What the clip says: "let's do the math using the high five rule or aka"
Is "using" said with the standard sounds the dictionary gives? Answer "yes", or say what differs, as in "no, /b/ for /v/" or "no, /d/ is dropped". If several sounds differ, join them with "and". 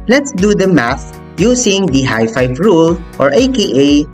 no, /s/ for /z/